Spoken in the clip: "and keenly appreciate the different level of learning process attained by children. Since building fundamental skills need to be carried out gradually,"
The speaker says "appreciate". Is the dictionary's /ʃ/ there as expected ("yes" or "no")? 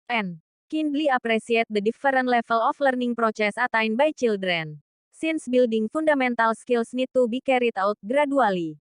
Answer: no